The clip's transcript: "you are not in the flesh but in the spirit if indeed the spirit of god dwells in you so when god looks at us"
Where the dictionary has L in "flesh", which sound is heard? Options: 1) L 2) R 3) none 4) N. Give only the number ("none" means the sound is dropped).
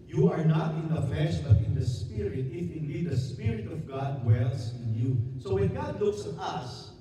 3